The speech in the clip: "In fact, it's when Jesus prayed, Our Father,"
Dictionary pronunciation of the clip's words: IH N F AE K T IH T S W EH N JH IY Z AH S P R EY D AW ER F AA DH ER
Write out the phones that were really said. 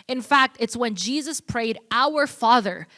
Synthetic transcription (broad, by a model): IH N F AE K T IH T S W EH N JH IY Z AH S P R EY D AW ER F AA DH ER